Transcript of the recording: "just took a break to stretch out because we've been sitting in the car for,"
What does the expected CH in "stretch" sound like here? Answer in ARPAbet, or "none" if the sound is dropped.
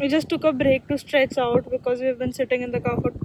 S